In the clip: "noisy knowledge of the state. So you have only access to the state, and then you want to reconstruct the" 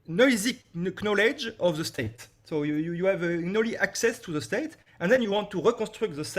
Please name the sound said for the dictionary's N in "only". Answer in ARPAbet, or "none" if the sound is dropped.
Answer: none